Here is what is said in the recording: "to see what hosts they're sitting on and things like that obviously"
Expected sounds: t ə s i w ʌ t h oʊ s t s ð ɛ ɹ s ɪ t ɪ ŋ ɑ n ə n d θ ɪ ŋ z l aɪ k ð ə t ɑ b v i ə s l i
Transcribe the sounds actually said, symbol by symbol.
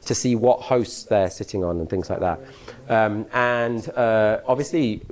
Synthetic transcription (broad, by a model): t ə s i w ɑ t h oʊ s t s ð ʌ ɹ s ɪ t ɪ ŋ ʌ n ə n θ ɪ ŋ z l aɪ k ð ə t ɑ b v i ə s l i